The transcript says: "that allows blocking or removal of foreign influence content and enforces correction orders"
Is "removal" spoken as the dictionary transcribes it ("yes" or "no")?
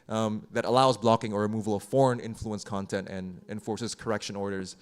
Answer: yes